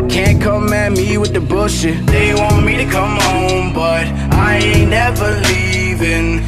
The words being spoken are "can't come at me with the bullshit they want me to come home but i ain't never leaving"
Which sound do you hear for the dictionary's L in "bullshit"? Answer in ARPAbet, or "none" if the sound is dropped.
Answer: none